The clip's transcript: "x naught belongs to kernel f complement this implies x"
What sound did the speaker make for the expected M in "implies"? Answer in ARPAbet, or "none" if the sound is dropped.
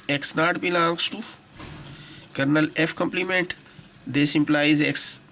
M